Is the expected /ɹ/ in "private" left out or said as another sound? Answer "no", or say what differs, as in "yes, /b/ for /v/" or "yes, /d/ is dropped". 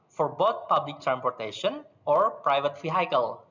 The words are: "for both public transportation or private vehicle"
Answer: no